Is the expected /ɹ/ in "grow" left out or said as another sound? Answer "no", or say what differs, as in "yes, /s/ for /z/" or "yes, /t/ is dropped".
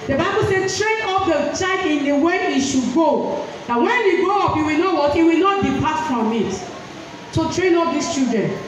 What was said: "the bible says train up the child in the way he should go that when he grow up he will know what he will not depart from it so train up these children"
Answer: yes, /ɹ/ is dropped